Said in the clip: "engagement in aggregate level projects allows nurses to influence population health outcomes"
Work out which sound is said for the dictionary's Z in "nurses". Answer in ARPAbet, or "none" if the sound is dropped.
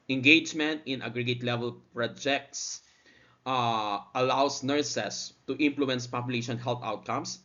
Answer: S